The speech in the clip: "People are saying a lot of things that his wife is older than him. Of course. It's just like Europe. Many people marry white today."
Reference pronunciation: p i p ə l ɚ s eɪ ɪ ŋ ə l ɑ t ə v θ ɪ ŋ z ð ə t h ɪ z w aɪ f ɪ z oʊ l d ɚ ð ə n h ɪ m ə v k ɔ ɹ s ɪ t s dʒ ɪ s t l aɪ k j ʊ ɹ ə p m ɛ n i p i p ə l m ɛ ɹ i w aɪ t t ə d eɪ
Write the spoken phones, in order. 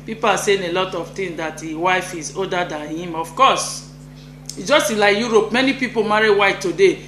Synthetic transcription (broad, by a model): p i p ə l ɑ s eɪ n ə l ɑ t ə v t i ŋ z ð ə t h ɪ w aɪ f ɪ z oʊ d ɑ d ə n h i m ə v k ɔ s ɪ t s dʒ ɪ s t l aɪ k j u ɹ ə p m ɛ n i p i p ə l m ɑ ɹ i w aɪ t t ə d eɪ